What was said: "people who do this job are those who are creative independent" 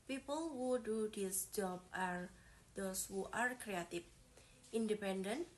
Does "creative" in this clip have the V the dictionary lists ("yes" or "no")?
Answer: no